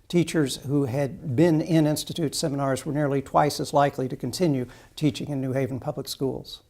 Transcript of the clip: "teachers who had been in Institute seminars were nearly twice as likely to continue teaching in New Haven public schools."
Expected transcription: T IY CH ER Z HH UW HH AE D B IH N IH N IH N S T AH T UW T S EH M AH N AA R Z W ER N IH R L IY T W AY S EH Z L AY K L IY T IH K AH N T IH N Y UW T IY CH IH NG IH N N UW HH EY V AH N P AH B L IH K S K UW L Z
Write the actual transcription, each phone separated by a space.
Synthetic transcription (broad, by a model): T IY CH ER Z HH UW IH D B IH N IH N IH N S T AH T UW T S EH M AH N AA R Z W ER N IH R L IY T W AY S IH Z L AY K L IY T IH K AH N T IH N Y UW T IY CH IH NG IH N N UW HH EY V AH N P AH B L IH K S K UW L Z